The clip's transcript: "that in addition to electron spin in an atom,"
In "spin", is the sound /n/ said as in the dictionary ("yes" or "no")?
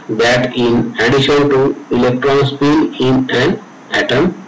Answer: no